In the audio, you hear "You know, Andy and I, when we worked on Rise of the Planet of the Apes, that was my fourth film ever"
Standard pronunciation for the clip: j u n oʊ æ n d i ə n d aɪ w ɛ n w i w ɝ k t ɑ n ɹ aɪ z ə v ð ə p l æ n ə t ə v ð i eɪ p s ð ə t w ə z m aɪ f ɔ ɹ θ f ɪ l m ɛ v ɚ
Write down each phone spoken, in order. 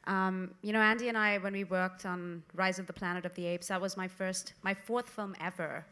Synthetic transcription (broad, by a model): j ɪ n oʊ æ n d i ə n aɪ w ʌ n w i w ɝ k t n ɹ aɪ z ə v ð ə p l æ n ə t ə v ð i eɪ p s ð ə t w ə z m aɪ f ɔ ɹ θ f ɪ l m ɛ v ɚ